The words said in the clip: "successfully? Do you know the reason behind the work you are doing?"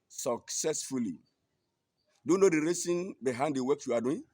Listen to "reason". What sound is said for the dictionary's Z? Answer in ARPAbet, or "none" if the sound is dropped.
S